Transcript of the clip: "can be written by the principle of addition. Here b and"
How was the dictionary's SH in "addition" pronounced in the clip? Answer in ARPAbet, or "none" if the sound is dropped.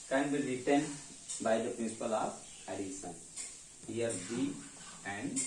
S